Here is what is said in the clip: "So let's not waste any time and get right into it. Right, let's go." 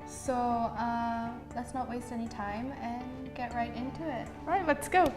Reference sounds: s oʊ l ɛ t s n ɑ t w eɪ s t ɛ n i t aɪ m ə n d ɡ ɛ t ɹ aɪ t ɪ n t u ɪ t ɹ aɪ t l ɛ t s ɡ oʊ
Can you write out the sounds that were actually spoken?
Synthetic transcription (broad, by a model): s oʊ l ɛ t s n ɑ t w eɪ s t ɛ n i t aɪ m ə n ɡ ɛ t ɹ aɪ t ɪ n t u ɪ t ɹ aɪ t l ɛ t s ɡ oʊ